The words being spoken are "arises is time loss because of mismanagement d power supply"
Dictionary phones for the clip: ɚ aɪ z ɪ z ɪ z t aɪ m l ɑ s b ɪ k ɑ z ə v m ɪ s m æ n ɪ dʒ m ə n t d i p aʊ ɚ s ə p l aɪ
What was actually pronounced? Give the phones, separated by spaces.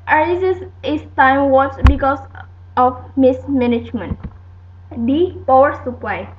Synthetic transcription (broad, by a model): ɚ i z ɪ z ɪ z t aɪ m w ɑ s b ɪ k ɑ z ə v m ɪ s m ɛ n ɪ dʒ m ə n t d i p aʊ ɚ s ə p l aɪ